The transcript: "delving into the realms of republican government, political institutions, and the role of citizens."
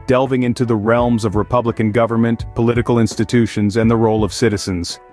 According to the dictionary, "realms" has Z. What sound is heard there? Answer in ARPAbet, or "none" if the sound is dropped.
Z